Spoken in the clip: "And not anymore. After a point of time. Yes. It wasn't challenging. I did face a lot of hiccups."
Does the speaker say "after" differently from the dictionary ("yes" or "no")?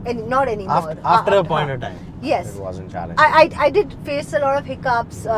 yes